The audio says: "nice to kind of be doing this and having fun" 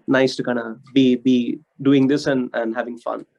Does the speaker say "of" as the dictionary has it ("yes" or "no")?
no